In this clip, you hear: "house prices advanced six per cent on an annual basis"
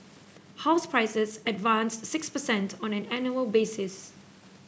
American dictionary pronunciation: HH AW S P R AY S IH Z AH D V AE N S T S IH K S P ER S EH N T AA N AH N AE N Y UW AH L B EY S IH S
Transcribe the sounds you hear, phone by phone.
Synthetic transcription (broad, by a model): HH AW S P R AY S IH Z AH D V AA N S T S IH K S P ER S EH N T AA N AH N AE N Y UW AH L B EY S IH S